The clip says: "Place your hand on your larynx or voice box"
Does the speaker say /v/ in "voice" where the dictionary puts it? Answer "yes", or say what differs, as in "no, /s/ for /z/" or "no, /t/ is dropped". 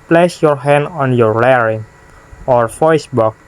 no, /f/ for /v/